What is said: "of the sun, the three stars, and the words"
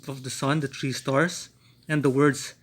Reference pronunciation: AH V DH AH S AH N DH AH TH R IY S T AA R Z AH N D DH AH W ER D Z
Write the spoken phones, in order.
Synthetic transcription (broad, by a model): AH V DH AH S AH N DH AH T R IY S T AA R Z AH N D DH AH W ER D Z